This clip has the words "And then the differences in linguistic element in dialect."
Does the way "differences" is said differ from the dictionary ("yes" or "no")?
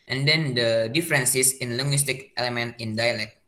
yes